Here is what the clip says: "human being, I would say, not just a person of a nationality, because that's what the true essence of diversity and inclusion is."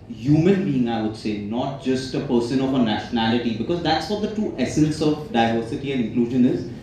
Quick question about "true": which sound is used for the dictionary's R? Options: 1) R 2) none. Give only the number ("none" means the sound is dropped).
2